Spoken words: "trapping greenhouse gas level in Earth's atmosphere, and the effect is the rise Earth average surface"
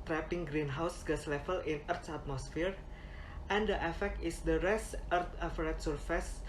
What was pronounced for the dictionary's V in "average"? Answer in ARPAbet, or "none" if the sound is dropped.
F